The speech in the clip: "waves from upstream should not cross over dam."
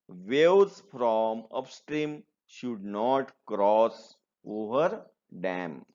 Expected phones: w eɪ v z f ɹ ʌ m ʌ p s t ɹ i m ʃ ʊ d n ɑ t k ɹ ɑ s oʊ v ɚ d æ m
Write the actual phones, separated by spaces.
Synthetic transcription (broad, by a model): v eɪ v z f ɹ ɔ m ʌ p s t ɹ i m ʃ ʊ d n ɑ t k ɹ ɑ s oʊ v ɚ d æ m